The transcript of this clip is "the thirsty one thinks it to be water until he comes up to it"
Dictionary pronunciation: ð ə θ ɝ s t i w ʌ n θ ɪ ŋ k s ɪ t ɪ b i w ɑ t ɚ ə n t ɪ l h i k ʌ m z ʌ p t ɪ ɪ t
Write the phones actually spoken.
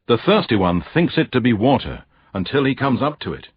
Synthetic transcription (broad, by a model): ð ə θ ɝ s t i w ʌ n θ ɪ ŋ k s ɪ t ɪ b i w ɑ t ɚ ə n t ɪ l i k ʌ m z ʌ p t ɪ ɪ t